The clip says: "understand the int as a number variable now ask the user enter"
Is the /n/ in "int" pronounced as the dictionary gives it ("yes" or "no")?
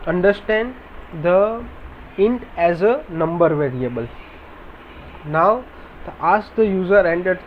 yes